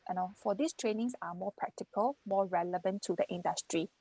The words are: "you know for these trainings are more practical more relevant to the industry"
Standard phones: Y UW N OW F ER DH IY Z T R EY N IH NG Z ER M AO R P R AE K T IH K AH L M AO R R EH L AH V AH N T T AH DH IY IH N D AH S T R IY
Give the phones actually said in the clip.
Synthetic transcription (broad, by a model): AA N OW F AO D IY S T R EY N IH NG S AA M AO P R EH K T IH K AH L M AO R R EH L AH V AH N T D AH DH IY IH N D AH S T R IY